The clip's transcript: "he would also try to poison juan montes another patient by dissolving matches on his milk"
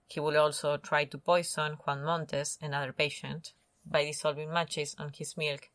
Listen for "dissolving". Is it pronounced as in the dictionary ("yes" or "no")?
no